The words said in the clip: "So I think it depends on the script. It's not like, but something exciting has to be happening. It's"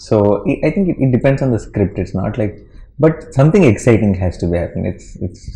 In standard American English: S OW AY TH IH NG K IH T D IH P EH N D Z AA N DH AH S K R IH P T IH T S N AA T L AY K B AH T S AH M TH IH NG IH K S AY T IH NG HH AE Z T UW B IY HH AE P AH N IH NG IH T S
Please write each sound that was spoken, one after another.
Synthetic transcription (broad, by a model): S OW AY T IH NG K IH T D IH P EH N D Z AA N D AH S K R IH P T IH T S N AA T L AY K B AH T S AH M T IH NG IH K S AY T IH NG HH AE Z T UW B IY HH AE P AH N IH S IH T S